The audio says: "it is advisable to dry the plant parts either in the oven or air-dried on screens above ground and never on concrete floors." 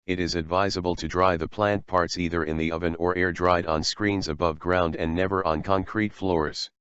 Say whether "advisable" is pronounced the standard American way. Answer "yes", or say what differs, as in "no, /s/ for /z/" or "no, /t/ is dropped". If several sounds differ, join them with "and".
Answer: yes